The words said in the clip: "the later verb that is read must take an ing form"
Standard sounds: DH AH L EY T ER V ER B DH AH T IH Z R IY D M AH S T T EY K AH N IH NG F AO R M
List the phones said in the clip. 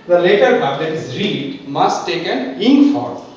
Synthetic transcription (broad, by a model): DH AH L EY T ER B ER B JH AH T IH Z R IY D M AH S T T EY K AH N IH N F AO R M